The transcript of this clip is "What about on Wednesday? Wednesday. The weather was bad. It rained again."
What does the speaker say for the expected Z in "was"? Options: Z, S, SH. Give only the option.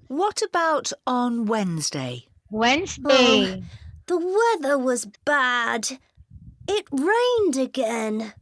Z